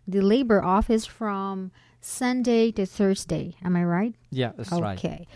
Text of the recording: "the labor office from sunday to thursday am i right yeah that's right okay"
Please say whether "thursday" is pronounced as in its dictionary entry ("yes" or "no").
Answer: yes